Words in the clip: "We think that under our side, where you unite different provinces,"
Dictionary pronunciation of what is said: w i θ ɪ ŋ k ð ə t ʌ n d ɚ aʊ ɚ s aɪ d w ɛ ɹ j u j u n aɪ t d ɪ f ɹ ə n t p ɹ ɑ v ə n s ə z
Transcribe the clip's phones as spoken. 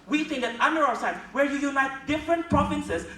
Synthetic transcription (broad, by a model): w i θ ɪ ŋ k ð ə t ʌ n d ɚ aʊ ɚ s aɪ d w ɛ ɹ j u j u n aɪ t d ɪ f ɹ ə n t p ɹ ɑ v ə n s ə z